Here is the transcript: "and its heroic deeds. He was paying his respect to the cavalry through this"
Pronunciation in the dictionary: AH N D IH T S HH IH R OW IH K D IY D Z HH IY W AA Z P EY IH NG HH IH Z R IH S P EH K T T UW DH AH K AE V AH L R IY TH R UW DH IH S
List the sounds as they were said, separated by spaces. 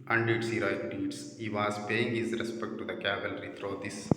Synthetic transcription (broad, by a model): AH N D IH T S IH R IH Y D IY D S HH IY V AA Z P EY IH NG HH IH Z R IH S P EH K T T UW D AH K AE V AH L R IY T R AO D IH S